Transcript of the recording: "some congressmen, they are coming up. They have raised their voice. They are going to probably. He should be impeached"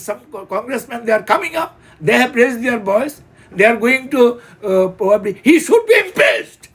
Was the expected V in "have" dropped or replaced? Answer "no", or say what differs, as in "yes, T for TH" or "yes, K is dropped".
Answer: yes, P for V